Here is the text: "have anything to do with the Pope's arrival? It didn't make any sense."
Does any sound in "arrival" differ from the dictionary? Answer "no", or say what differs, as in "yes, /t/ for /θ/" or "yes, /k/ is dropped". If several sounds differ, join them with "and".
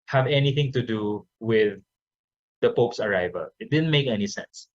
no